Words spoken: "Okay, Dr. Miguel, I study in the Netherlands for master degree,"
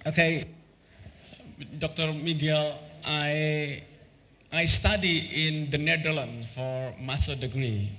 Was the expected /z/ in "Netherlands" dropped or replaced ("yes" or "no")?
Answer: yes